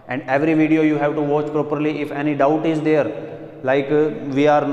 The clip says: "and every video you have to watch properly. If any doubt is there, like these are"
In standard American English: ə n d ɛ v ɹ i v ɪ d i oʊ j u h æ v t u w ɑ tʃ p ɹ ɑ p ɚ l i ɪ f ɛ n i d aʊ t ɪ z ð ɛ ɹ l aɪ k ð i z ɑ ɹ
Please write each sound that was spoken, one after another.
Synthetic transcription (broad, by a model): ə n d ɛ v ɹ i v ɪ d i oʊ j u h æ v t u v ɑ tʃ p ɹ ɑ p ɚ l i ɪ f ɛ n i d aʊ t ɪ z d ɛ ɹ l aɪ k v i ɑ ɹ